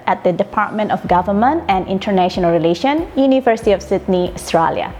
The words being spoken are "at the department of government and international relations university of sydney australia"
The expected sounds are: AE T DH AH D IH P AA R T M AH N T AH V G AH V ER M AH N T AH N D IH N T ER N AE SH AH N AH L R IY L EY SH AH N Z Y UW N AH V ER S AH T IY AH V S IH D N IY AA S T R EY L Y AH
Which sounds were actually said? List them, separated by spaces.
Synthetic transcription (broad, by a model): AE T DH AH D IH P AA R T M AH N T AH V G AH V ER M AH N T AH N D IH N T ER N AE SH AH N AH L R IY L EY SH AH N Y UW N AH V ER S AH T IY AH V S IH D N IY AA S T R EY L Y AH